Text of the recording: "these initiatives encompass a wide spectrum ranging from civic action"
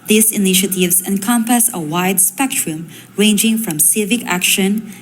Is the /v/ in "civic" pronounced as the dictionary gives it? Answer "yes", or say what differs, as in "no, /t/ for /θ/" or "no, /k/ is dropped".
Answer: yes